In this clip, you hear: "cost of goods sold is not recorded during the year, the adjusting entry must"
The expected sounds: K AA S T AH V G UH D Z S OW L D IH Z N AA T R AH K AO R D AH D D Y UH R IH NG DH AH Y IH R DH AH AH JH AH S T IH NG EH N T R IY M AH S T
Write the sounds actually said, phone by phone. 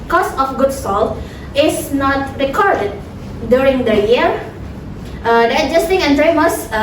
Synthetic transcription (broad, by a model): K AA S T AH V G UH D S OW L IH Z N AA T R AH K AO R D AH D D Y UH R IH NG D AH Y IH R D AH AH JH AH S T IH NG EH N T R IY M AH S